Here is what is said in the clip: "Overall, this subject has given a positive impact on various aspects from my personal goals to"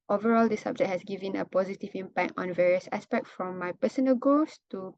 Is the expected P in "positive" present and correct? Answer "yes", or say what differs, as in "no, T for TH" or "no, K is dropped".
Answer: yes